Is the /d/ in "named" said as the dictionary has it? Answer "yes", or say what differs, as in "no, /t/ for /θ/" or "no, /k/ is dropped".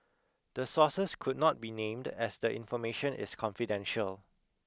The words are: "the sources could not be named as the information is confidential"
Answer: yes